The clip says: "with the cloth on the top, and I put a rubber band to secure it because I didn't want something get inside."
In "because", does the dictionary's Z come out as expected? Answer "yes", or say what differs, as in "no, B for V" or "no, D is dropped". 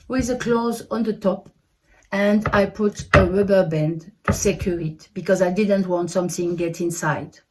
yes